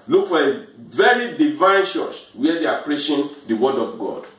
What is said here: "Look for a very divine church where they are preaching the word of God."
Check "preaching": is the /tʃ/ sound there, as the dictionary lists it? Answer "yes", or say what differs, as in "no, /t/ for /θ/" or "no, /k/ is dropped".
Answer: no, /ʃ/ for /tʃ/